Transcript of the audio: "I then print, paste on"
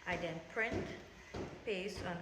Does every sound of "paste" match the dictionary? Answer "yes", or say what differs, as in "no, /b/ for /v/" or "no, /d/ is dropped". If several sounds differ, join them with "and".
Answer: no, /t/ is dropped